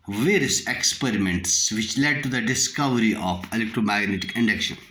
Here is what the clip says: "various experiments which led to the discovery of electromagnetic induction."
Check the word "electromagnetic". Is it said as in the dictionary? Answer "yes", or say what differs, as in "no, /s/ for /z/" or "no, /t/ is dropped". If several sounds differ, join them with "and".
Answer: yes